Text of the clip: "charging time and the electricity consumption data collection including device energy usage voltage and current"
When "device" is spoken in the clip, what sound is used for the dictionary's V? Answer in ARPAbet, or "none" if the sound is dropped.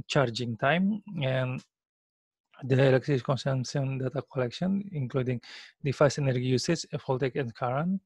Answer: F